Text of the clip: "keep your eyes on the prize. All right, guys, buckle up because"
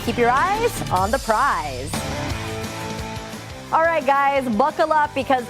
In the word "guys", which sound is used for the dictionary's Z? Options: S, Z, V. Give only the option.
Z